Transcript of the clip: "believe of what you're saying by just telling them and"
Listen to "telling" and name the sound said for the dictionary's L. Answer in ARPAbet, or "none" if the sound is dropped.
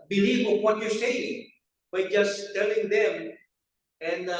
L